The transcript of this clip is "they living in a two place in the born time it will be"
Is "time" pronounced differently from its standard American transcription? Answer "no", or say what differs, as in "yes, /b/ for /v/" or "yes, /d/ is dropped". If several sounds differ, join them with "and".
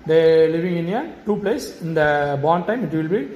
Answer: no